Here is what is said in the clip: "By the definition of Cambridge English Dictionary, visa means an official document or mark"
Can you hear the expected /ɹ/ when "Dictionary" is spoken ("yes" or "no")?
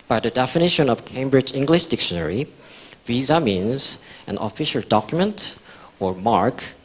yes